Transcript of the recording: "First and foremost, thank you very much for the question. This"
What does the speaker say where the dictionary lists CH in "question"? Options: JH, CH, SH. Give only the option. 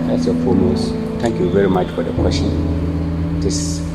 SH